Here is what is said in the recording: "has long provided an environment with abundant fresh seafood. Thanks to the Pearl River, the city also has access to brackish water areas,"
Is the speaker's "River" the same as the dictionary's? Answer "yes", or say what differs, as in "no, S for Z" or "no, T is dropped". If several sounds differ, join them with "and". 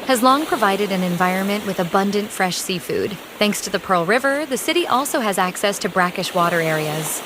yes